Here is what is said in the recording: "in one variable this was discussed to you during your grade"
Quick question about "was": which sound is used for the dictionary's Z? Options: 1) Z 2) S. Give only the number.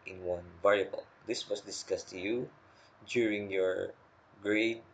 2